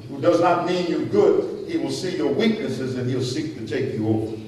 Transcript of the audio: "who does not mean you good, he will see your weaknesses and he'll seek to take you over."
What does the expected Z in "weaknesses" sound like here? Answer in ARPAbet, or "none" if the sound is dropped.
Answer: Z